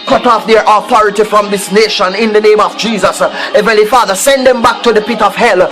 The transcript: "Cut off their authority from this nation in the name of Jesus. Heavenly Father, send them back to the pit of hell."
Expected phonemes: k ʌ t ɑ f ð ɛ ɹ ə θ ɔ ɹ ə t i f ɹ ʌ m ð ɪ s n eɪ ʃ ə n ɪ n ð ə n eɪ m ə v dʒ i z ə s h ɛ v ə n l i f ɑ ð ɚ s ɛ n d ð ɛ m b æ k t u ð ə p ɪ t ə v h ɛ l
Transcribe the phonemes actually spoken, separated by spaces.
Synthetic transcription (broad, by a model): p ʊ t ɑ f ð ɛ ɹ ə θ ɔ ɹ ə t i f ɹ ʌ m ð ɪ s n eɪ ʃ ə n ɪ n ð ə n eɪ m ə v dʒ i z ə s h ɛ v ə l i f ɑ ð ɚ s ɛ n d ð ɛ m b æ k t u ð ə p ɪ t ə v h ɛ l